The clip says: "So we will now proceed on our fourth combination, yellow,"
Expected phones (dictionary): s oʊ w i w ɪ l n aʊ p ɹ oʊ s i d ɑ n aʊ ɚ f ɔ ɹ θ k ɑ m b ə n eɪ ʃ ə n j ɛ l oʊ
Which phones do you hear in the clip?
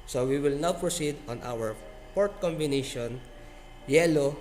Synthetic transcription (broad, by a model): s oʊ w i w ɪ l n aʊ p ɹ oʊ s i d ɑ n aʊ ɚ p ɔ ɹ t k ɑ m b ə n eɪ ʃ ə n j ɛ l oʊ